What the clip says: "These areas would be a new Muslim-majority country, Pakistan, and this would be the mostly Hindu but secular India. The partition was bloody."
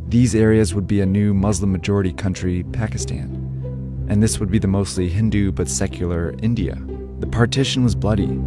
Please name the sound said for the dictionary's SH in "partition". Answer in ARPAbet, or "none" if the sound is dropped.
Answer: SH